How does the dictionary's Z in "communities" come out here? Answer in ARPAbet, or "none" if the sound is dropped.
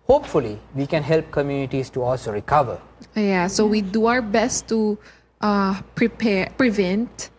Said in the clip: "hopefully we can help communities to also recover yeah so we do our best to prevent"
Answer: S